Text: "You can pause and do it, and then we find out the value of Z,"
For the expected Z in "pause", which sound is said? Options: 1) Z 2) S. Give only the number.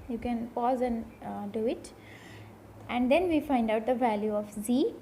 1